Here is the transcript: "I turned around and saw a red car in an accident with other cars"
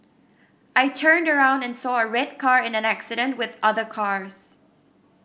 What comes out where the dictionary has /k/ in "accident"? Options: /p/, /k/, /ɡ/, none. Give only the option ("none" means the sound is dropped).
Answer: /k/